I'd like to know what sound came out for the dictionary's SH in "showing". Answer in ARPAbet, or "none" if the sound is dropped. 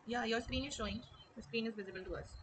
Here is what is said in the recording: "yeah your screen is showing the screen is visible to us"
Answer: SH